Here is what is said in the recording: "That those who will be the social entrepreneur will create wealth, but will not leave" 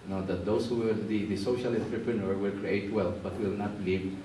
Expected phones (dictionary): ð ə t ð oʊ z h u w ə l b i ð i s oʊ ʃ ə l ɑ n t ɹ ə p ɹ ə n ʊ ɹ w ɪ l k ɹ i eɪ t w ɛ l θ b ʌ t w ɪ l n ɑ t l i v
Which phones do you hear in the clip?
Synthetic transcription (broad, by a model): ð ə t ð oʊ s h u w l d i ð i s oʊ ʃ ə l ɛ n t ɹ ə p ɹ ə n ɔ ɹ w ɪ l k ɹ i eɪ t w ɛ l f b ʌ t w ɪ l n ɑ t l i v